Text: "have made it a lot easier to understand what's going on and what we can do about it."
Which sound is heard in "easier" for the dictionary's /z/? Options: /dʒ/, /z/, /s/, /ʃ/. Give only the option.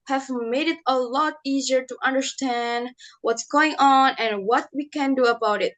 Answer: /z/